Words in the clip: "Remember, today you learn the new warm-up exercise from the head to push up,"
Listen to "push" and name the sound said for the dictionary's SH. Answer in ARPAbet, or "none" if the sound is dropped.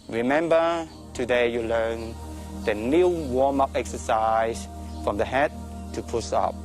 S